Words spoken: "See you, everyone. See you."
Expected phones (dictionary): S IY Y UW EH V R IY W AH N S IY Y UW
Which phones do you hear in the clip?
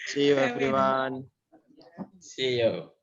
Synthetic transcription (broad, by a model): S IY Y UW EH F R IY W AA N S IY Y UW